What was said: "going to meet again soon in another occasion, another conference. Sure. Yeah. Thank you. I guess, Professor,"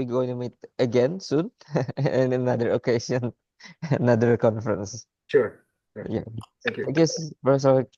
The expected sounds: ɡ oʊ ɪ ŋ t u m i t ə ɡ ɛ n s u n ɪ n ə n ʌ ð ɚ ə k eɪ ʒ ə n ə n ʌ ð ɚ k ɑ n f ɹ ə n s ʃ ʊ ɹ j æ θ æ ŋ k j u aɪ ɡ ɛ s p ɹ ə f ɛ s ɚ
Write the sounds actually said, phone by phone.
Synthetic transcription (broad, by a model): ɡ oʊ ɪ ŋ t u m i t ə ɡ ɛ n s u n ɪ n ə n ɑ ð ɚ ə k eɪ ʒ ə n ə n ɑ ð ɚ k ɑ n f ɹ ə n s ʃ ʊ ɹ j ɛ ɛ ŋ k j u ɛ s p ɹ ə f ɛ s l